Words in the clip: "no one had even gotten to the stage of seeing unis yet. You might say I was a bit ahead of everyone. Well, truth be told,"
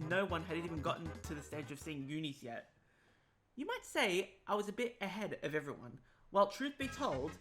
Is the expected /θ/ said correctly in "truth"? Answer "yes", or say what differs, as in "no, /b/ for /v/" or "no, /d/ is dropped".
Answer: yes